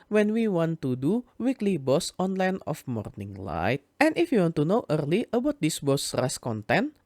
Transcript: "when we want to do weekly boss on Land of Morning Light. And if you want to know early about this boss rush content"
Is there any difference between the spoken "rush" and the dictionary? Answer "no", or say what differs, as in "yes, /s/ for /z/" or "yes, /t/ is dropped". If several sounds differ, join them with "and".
yes, /s/ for /ʃ/